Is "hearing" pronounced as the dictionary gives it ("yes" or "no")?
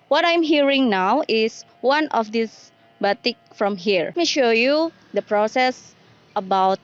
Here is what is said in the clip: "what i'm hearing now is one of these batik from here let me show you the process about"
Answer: yes